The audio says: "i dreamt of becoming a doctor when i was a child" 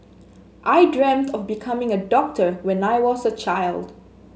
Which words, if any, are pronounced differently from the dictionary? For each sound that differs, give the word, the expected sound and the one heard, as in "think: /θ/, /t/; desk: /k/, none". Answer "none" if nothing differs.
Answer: none